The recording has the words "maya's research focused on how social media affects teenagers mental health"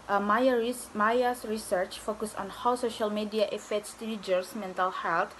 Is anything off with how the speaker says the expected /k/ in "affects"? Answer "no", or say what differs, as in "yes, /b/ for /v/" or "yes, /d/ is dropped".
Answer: yes, /k/ is dropped